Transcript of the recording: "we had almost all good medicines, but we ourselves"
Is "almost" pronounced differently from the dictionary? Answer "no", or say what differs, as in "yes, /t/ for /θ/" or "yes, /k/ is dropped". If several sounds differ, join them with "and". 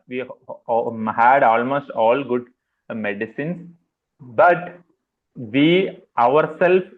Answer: no